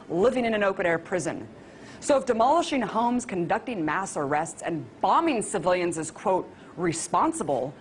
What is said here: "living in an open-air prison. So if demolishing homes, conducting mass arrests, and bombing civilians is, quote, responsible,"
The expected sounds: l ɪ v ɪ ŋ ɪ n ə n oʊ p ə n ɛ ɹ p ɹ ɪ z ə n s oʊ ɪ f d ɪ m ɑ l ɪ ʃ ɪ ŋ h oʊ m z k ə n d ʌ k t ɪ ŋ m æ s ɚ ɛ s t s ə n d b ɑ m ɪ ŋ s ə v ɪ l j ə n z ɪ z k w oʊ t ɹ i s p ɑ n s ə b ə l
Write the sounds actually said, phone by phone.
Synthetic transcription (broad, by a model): l ɪ v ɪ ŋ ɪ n ə n oʊ p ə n ɛ ɹ p ɹ ɪ z ə n s oʊ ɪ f d ɪ m ɑ l ɪ ʃ ɪ ŋ h oʊ m z k ə n d ʌ k t ɪ ŋ m æ s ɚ ɛ s t s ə n b ɑ m ɪ ŋ s ə v ɪ l j ə n z ɪ z k w oʊ t ɹ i s p ɑ n s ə b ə l